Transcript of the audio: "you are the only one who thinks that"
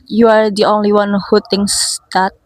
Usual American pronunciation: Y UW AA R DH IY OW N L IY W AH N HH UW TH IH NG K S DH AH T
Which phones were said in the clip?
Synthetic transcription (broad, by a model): Y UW AA R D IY OW N L IY W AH N HH UW T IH NG S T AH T